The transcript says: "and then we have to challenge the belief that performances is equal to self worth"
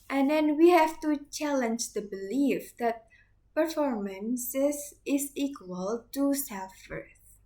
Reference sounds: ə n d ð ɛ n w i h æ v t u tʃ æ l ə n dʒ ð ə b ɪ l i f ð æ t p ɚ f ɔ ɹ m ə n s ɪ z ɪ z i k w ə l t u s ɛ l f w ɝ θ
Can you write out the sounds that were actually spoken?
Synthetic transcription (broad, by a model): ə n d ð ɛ n w i h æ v t u tʃ æ l ə n dʒ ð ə b ɪ l i f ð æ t p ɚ f ɔ ɹ m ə n s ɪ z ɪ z i k w ə l t u s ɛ f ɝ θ